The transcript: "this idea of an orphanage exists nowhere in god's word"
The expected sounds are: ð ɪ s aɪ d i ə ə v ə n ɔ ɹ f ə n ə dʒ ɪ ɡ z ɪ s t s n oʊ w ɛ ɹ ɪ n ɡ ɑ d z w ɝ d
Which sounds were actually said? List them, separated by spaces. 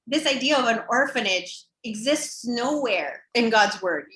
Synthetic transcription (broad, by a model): ð ɪ s aɪ d i ə ə v ə n ɔ ɹ f ə n ə dʒ ɪ ɡ z ɪ s t s n oʊ w ɛ ɹ ɪ n ɡ ɑ d z w ɝ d